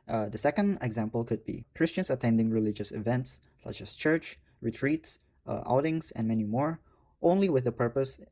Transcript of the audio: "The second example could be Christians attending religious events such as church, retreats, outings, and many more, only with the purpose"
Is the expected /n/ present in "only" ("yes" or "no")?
yes